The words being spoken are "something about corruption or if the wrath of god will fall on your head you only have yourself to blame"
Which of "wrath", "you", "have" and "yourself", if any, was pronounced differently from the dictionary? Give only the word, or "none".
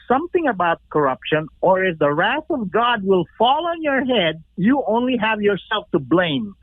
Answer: none